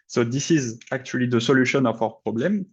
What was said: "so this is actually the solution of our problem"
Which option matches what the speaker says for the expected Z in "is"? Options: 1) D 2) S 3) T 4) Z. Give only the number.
4